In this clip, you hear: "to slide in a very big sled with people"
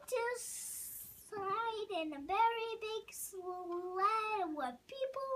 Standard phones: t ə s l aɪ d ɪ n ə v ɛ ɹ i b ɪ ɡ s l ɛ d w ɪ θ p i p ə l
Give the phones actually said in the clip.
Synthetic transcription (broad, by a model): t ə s aɪ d ɪ n ə v ɛ ɹ i b ɪ ɡ s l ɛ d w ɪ p i p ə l